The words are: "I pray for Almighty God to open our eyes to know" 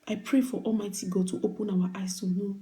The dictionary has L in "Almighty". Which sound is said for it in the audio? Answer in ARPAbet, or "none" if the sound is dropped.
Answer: L